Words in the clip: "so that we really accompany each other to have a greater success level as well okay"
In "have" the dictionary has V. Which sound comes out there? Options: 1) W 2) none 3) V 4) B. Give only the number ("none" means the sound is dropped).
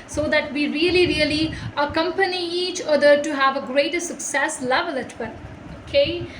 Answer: 3